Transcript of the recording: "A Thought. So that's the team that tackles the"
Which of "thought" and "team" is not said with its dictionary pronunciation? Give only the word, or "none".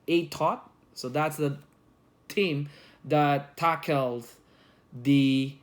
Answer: thought